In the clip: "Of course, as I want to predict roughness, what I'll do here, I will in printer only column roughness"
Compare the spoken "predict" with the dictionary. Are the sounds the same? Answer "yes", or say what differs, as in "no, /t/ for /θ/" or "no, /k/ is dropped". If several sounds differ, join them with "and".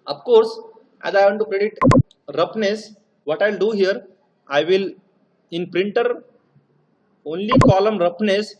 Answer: no, /k/ is dropped